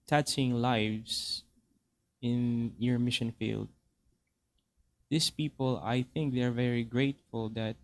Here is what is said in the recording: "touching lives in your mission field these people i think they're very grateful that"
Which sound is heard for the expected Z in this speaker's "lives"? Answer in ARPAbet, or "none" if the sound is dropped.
S